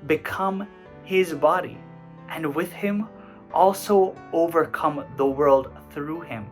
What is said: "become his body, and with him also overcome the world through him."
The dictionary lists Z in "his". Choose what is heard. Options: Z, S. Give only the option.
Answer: Z